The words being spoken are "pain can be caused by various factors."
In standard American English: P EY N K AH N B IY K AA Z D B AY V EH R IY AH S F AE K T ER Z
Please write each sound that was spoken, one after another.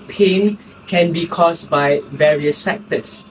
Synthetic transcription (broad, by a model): P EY N K AH N B IY K AA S B AY V EH R IY AH S F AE K T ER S